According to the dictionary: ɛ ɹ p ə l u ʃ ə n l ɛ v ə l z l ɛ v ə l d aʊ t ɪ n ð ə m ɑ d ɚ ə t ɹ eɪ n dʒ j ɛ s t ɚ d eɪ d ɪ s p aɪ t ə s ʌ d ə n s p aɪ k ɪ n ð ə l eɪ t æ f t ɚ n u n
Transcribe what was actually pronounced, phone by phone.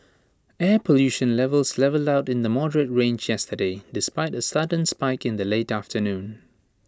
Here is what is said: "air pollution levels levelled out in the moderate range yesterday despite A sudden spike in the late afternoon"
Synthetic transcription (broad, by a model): ɛ p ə l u ʃ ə n l ɛ v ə l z l ɛ v ə l d aʊ t ɪ n ð ə m ɑ d ɚ ə t ɹ eɪ n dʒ j ɛ s t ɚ d eɪ d ɪ s p aɪ t ə s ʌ d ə n s p aɪ k ɪ n ð ə l eɪ t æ f t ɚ n u n